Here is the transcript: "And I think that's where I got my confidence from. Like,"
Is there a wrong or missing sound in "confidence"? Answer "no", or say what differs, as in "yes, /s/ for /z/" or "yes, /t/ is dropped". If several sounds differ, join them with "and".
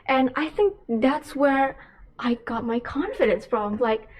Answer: no